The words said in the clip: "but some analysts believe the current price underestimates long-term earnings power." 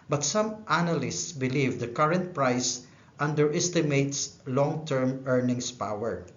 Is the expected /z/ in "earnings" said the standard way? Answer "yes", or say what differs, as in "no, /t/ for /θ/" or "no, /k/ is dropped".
no, /s/ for /z/